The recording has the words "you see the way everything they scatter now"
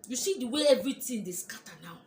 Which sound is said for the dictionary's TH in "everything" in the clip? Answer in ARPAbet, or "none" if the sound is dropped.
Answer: T